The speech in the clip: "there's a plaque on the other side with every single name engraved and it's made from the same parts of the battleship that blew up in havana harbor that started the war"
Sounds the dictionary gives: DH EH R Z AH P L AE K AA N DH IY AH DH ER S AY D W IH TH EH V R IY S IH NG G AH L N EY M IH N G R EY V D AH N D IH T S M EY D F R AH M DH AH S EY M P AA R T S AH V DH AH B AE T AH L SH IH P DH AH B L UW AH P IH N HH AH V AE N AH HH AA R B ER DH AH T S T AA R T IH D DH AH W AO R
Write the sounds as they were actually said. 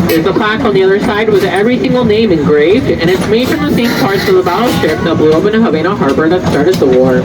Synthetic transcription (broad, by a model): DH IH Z AH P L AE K N DH IY AH DH ER S AY D W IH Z EH V R IY S IH NG G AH L N EY M IH N G R EY V D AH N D IH T S M EY D F R AH M DH AH S EY M P AA R T S AH V DH AH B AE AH SH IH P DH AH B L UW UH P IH N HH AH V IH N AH HH AA R B ER DH AH T S T AA R T IH D DH AH W AO R